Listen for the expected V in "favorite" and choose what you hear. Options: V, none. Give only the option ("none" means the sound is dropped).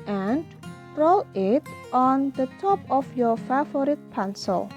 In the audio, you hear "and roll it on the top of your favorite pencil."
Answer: none